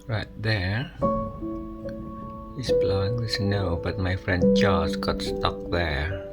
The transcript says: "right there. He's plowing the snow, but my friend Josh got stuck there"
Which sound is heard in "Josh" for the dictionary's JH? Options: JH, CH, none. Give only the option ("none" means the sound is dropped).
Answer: CH